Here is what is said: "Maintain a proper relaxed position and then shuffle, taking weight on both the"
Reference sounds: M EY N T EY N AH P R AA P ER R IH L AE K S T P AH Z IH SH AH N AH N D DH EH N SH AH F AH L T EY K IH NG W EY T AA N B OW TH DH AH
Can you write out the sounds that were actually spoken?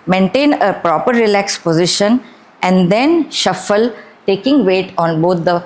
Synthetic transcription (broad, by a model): M EY N T EY N AH P R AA P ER R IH L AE K S P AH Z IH SH AH N AH N D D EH N SH AH F AH L T EY K IH NG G EY T AA N B OW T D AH